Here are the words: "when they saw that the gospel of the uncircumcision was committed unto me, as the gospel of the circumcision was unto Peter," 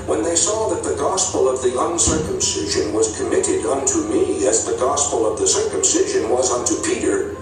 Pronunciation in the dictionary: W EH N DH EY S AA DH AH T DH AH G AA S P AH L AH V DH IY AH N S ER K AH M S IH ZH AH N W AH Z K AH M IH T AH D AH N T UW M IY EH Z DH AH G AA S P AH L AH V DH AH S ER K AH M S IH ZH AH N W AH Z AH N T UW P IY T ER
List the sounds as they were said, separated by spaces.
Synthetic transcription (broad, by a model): W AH N DH EY S AA DH AH T DH AH G AA S P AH L AH V DH IY AH N S ER K AH M S IH ZH AH N W AH Z K AH M IH T AH D AH N T UW M IY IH Z DH AH G AA S P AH L AH V DH AH S ER K AH M S IH ZH AH N W AH Z AH N T UW P IY T ER